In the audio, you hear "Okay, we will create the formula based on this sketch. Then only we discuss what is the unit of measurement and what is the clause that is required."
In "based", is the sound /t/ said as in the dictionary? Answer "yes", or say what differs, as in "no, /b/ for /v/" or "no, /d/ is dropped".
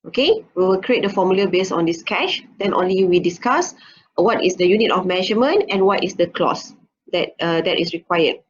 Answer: no, /t/ is dropped